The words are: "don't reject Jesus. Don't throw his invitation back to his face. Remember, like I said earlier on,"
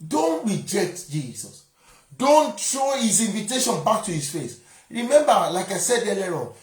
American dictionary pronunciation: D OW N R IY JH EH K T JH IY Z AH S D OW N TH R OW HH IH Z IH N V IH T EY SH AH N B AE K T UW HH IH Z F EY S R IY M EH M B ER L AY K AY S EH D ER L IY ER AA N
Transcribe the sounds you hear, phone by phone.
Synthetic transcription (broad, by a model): D OW N R IY JH EH K T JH IY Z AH S D OW N T R OW HH IH Z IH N V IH T EY SH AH N B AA K T UW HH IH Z F EY S R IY M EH M B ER L AY K AY S EH D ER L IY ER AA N